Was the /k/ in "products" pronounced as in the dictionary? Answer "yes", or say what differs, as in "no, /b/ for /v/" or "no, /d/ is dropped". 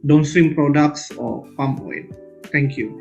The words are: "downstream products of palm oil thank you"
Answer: yes